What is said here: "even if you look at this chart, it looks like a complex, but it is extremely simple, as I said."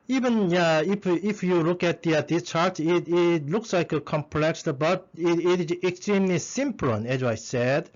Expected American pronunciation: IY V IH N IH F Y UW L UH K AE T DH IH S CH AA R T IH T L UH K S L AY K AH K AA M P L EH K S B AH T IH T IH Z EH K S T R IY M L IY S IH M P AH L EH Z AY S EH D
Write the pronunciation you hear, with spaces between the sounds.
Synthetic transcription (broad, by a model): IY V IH N IH F Y UW L UH K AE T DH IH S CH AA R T IH T L UH K S L AY K AH K AA M P L EH K S B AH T IH T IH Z EH K S T R IY M L IY S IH M P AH N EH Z AY S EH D